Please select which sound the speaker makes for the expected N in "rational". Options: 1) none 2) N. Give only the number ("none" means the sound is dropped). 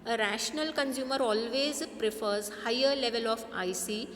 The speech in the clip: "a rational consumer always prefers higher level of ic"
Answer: 2